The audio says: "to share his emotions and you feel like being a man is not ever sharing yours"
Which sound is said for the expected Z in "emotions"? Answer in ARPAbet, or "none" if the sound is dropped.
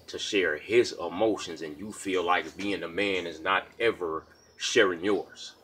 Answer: Z